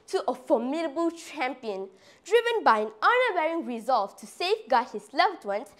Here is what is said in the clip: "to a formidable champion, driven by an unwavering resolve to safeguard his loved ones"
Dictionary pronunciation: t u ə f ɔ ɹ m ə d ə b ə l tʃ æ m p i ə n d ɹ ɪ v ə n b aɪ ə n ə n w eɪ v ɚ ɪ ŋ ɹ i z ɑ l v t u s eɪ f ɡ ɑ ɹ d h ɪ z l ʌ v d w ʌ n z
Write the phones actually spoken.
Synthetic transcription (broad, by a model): t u ə f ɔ m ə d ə b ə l tʃ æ m p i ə n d ɹ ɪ v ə n b aɪ ə n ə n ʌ w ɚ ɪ ŋ ɹ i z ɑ l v t u s eɪ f ɡ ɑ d h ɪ s l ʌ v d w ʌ n